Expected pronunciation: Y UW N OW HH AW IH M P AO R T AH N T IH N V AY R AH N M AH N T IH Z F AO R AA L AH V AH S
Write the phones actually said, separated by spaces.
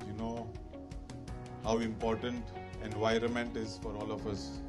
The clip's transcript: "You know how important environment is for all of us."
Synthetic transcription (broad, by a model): Y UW N OW HH AW IH M P AO R T AH N T IH N V AY R AH N M AH N T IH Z F AO R AA L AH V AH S